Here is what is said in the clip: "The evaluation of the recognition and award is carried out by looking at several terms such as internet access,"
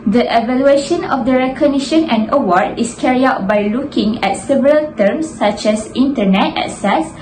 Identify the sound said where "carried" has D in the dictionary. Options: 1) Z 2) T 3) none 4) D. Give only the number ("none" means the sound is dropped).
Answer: 3